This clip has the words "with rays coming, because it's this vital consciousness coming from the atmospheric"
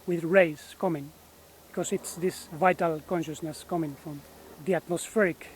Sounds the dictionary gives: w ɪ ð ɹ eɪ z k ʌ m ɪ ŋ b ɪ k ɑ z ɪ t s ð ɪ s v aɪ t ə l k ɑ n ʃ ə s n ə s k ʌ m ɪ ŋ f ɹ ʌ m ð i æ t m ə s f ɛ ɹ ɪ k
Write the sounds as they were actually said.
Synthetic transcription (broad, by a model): w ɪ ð ɹ eɪ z k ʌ m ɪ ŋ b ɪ k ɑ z ɪ t s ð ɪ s v aɪ t ə l k ɑ n ʃ ə s n ə s k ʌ m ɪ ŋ f ɹ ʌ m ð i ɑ t m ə s f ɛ ɹ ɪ k